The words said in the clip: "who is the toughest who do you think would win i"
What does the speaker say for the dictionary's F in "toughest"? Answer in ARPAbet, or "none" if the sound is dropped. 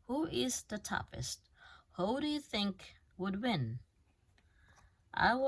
P